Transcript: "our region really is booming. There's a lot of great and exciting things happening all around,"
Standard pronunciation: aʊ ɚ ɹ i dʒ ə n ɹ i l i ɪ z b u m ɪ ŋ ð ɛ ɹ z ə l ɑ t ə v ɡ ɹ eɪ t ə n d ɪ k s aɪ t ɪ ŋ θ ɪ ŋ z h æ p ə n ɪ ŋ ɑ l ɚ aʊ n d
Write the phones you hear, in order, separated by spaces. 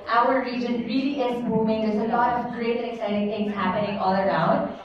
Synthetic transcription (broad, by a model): aʊ ɚ ɹ i dʒ ə n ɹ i l i ɪ z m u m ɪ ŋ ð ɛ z ə l ɑ t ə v ɡ ɹ eɪ t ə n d ɪ k s aɪ t ɪ ŋ t ɪ ŋ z h æ p ə n ɪ ŋ ɑ l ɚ aʊ n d